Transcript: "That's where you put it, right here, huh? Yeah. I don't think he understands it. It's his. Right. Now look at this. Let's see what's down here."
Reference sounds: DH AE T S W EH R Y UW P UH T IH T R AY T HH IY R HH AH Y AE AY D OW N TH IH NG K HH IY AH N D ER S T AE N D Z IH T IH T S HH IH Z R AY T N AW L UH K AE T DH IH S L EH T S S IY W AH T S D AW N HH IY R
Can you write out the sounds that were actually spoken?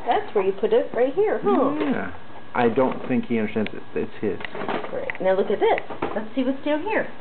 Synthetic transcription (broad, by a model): DH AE T S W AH R Y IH P UH T IH T R AY T HH IY R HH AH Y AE AY D OW N TH IH NG K HH IY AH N D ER S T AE N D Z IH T IH T S HH IH Z R AY T N AW L UH K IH T DH IH S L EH T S S IY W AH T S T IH L HH IY R